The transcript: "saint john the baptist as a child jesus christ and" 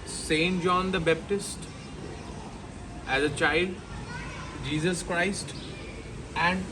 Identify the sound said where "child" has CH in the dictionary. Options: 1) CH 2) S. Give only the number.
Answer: 1